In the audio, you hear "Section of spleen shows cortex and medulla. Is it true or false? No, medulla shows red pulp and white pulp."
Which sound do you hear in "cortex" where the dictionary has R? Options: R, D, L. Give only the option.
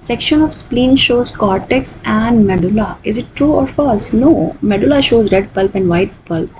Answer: R